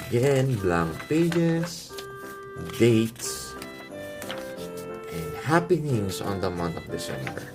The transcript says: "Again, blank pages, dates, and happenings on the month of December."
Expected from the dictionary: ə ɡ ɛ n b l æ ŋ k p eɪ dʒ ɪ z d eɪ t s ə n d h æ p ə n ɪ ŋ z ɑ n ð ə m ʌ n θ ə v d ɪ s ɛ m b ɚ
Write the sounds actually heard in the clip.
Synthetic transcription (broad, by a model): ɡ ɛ n b l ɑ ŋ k p eɪ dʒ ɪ s d eɪ t s ə n d h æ p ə n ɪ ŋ s ɑ n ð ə m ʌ n t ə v d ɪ s ɛ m b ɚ